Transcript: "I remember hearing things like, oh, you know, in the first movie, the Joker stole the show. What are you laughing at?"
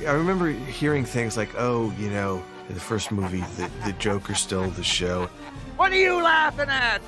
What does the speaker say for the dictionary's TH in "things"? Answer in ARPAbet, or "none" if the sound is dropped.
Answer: TH